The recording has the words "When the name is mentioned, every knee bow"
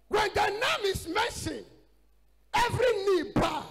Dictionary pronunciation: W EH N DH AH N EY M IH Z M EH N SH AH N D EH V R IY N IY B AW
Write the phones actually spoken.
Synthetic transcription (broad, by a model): W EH N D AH N EY M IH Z M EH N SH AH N EH V R IY N IY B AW